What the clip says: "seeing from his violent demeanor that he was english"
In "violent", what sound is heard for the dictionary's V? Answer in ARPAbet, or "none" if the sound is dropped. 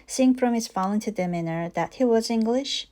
F